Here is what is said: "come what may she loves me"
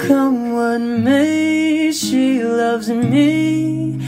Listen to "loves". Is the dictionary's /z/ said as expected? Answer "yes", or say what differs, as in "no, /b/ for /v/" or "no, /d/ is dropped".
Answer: yes